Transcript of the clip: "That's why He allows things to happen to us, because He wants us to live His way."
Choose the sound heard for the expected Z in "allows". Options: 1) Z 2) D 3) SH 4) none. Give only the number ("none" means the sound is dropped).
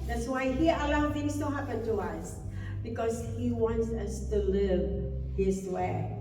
4